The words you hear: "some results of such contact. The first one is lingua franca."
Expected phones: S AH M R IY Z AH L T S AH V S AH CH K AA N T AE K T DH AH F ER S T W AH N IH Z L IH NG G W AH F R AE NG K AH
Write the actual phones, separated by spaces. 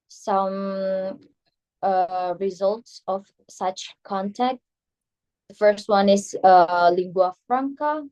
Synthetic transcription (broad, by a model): S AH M R IY Z AH L T S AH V S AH CH K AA N T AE K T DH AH F ER S T W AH N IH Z L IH NG G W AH F R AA NG K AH